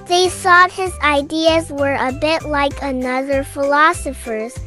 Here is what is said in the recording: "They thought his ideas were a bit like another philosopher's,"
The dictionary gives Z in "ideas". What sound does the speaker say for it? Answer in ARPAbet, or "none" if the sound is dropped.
Z